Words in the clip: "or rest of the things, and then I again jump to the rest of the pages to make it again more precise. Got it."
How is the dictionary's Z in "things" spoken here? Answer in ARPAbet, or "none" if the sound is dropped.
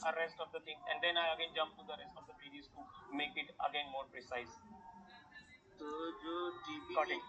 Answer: none